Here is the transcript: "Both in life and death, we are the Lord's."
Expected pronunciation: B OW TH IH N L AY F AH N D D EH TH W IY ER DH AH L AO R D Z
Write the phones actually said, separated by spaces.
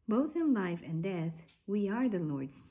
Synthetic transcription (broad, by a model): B OW TH IH N L AY F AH N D D EH TH W IY ER DH AH L AO R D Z